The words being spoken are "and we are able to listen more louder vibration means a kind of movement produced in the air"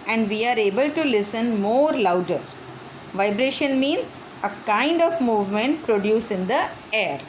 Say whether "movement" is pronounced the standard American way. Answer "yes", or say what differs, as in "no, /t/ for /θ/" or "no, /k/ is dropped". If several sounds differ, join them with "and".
yes